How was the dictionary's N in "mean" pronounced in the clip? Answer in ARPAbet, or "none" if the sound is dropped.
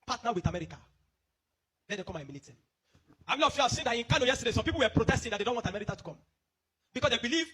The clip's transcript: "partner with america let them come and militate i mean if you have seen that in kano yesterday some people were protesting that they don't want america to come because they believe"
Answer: L